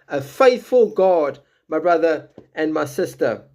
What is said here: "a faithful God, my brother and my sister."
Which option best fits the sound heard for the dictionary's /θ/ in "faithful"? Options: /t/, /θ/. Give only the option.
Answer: /θ/